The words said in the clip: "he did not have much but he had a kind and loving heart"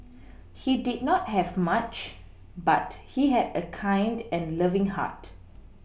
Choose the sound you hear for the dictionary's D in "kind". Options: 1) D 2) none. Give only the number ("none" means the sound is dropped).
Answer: 1